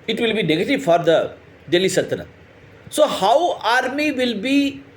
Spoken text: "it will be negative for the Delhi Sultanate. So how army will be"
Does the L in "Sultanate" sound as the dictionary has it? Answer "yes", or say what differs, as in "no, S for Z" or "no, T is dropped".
no, L is dropped